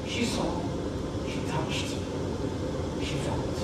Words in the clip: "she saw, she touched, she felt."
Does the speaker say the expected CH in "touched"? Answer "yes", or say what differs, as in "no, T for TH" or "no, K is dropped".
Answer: no, SH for CH